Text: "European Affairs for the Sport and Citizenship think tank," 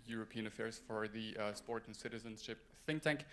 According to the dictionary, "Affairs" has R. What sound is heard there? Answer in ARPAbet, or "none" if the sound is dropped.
R